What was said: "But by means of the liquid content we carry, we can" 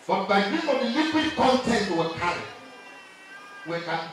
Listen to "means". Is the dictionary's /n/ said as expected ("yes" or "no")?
no